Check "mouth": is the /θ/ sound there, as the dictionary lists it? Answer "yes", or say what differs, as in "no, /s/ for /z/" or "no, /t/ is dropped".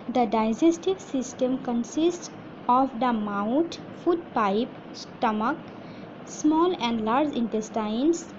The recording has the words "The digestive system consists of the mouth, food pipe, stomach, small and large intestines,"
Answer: no, /t/ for /θ/